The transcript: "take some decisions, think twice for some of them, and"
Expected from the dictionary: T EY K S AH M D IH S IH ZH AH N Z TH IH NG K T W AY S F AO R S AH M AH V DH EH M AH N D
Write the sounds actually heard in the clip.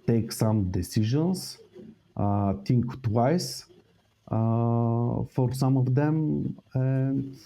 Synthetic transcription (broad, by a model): T EY K S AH M D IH S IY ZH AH N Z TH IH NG K T W AY S F AO R S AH M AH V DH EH M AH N